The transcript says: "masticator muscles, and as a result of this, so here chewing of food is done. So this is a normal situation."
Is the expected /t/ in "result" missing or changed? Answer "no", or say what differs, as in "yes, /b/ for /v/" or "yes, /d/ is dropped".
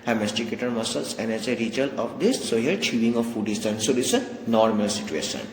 yes, /t/ is dropped